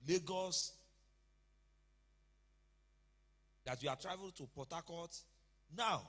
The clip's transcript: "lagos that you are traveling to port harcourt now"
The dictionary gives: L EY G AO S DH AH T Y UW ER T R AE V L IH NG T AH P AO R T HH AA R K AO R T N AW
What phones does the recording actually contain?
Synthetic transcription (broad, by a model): L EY G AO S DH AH T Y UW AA T R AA V IH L T AH P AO T AA K AO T N AW